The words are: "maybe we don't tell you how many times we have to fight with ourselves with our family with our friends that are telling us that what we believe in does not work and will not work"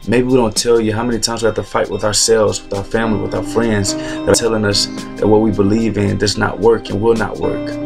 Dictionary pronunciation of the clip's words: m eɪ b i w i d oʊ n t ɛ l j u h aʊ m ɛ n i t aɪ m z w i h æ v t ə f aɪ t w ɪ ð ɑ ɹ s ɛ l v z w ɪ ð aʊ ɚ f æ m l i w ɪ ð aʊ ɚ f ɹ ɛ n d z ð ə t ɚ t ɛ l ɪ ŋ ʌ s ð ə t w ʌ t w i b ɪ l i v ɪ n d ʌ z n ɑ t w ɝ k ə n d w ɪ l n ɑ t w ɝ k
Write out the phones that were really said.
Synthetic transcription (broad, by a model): m eɪ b i w i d oʊ n t ɛ l j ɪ h aʊ m ɛ n i t aɪ m z w i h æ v t ə f aɪ t w ɪ ð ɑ ɹ s ɛ l v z w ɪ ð aʊ ɚ f æ m l i w ɪ ð aʊ ɚ f ɹ ɛ n d z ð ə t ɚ t ɛ l ɪ ŋ ʌ s ð ə t w ʌ t w i b ɪ l i v ɪ n d ʌ z n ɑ t w ɝ k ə n w ɪ l n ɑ t w ɝ k